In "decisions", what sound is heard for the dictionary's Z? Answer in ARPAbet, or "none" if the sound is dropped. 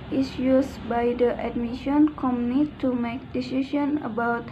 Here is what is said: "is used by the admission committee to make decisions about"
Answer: none